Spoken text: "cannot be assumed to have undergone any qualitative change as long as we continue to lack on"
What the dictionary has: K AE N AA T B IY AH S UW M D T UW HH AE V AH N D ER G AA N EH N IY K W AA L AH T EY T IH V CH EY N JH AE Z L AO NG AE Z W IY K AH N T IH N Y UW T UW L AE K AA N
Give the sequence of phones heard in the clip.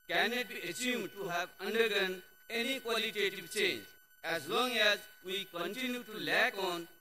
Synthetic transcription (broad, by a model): K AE N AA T B IY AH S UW M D T UW HH AE V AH N D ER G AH N EH N IY K W AA L AH T EY T IH V CH EY N JH AE Z L AO NG AE Z W IY K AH N T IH N Y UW T UW L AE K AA N